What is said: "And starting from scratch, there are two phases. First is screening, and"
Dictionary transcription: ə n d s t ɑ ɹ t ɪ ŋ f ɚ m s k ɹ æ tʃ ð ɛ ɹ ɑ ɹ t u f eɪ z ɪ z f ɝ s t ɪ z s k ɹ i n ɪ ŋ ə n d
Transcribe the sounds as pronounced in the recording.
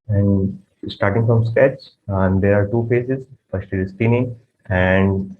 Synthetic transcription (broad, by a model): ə n d s t ɑ ɹ t ɪ ŋ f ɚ m s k æ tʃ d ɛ ɹ ɑ ɹ t u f eɪ s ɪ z f ɝ s t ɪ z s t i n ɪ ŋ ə n d